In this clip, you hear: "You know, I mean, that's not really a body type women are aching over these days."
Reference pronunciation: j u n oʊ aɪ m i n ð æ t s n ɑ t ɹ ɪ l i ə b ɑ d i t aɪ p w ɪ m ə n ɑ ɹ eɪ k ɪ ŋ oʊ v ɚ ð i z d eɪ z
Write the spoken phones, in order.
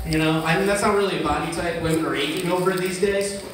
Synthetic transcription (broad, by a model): j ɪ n oʊ aɪ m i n ð æ t s n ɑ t ɹ ɪ l i ə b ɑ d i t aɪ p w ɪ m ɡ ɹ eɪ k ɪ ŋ oʊ v ɚ ð i z d eɪ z